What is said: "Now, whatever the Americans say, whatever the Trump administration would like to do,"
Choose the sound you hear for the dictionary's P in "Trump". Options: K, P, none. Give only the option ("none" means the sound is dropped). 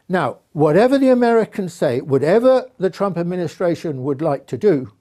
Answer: P